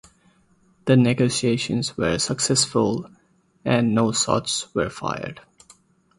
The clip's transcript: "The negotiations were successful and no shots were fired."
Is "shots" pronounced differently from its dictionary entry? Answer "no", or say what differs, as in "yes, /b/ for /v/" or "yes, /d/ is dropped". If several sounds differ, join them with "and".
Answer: yes, /s/ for /ʃ/